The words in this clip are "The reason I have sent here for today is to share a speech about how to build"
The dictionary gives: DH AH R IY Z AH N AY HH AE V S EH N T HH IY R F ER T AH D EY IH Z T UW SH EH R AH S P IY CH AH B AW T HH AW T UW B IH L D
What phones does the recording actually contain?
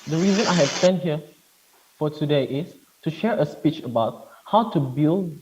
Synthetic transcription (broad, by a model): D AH R IY Z AH N AY HH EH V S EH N HH IY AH F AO T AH D EY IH S T UW SH EH R AH S P IY CH AH B AW T HH AW T UW B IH L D